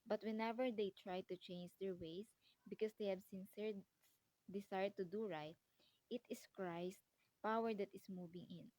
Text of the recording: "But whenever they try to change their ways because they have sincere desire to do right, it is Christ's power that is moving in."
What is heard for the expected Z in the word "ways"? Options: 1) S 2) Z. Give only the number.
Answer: 1